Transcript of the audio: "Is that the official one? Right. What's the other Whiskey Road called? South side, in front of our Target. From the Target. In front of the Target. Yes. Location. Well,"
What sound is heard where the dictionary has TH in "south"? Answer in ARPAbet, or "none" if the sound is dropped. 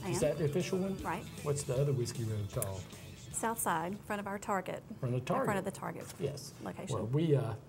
TH